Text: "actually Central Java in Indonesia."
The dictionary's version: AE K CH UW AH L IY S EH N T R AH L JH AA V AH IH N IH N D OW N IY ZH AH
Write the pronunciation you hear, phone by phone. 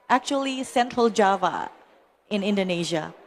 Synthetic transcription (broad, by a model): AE K CH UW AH L IY S EH N T R AH L JH AA V AH IH N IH N D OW N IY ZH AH